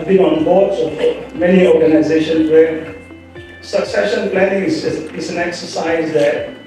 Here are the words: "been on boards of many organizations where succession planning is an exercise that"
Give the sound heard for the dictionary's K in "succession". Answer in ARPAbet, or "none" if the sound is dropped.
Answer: K